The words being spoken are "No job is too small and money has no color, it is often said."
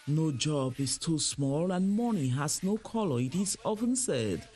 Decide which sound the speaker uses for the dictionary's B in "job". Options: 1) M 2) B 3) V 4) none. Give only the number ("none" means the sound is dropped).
2